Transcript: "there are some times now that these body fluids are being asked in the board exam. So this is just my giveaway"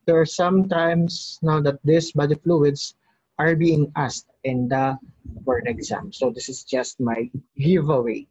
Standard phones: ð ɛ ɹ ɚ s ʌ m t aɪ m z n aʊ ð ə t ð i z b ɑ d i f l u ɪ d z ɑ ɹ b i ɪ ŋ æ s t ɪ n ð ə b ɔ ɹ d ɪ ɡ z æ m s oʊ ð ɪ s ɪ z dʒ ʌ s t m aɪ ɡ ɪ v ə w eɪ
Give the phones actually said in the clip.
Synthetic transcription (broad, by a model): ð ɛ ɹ s ʌ m t aɪ m s n aʊ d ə t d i s b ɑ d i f l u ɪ d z ɑ ɹ b i ɪ ŋ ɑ s t ɪ n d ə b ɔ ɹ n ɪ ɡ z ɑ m s oʊ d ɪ s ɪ s dʒ ʌ s t m aɪ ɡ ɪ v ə w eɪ